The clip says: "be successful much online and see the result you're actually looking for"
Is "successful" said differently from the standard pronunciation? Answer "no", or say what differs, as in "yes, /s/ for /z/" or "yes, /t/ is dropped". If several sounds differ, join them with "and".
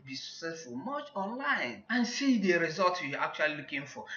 no